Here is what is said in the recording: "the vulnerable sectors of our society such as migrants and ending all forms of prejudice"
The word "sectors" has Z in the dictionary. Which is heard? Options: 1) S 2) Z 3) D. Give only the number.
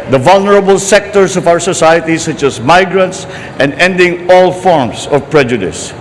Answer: 1